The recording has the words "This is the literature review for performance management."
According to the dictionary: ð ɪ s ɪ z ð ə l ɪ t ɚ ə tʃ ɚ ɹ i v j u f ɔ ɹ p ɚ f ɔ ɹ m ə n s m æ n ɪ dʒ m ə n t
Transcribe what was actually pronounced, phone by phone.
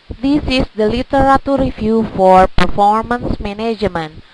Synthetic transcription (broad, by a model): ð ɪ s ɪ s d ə l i t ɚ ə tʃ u ɹ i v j u f ɔ ɹ p ɚ f ɔ ɹ m ə n s m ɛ n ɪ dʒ m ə n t